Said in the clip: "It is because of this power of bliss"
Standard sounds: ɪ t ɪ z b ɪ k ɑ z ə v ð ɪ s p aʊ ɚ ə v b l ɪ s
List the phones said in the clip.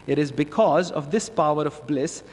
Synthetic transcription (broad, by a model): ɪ t ɪ z b ɪ k ɑ z ə v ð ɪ s p aʊ ɚ ə v b l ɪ s